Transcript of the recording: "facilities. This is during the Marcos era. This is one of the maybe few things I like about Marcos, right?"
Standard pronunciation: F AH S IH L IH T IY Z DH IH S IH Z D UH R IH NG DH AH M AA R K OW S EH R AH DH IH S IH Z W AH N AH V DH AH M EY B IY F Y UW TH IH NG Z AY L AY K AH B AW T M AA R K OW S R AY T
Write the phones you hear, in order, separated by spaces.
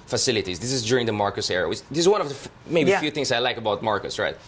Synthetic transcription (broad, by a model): F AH S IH L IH T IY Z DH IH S IH Z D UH R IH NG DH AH M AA R K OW S EH R AH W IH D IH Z W AH N AH V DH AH M EY B IY F Y UW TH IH NG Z AY L AY K AH B AW T M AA R K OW S R AY T